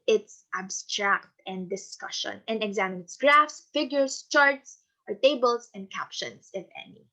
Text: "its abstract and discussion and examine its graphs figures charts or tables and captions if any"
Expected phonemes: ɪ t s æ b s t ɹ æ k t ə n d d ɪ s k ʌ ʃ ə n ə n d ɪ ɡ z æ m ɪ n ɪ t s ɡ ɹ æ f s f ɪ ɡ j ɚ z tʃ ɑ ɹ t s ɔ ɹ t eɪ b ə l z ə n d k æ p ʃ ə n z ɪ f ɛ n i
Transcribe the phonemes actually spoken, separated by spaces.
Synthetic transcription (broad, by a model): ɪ t s æ b s t ɹ æ k t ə n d d ɪ s k ʌ ʃ ə n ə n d ɪ ɡ z æ m ɪ n ɪ t s ɡ ɹ æ f s f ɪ ɡ j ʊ s tʃ ɑ ɹ t s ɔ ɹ t eɪ b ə l s ə n d k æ p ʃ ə n s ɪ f ɛ n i